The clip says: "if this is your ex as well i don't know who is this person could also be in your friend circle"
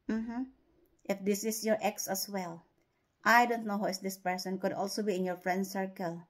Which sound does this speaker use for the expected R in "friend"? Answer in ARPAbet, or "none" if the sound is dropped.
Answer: R